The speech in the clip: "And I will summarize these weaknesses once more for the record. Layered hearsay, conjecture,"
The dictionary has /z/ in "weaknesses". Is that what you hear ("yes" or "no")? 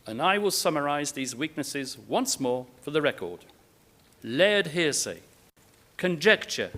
yes